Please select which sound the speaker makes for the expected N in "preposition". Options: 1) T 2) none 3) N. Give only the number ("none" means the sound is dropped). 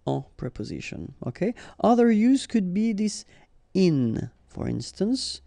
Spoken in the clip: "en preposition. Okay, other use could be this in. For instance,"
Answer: 3